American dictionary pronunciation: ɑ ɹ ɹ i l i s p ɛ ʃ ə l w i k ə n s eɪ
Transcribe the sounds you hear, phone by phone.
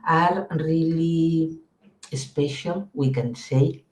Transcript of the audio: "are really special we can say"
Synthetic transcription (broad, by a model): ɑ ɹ ɹ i l i s p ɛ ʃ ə n w i k ə n s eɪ